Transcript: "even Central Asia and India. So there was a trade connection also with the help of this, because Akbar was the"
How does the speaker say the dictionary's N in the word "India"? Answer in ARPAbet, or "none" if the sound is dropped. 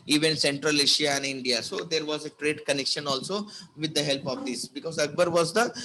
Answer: N